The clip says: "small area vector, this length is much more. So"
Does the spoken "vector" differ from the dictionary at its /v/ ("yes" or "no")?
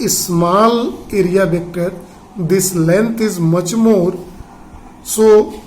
yes